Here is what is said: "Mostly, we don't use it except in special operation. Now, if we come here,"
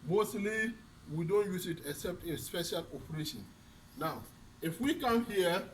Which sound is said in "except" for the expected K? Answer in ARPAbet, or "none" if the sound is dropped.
K